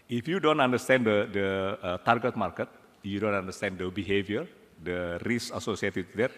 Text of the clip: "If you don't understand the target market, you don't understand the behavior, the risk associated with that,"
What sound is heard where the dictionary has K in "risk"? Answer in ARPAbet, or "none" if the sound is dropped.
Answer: none